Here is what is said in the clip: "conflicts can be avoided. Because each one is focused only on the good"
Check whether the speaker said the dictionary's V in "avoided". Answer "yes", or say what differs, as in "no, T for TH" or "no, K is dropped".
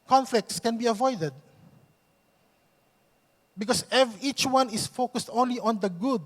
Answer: yes